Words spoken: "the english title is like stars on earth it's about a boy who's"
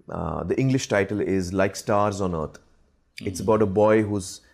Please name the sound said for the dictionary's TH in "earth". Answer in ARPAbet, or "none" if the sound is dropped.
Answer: T